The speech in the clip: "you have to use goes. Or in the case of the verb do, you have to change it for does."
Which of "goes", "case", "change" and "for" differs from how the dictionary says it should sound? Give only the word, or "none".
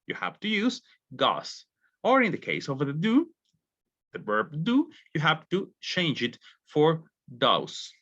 goes